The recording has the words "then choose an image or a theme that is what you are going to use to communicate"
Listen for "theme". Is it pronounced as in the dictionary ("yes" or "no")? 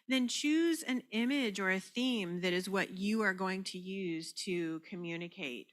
yes